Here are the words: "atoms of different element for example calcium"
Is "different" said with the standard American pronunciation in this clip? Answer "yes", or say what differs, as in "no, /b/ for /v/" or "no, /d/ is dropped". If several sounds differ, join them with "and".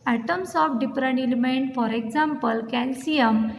no, /p/ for /f/ and /t/ is dropped